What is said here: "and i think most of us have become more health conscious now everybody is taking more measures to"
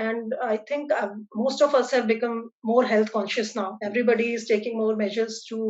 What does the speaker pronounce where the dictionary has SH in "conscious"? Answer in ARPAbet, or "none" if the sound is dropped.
SH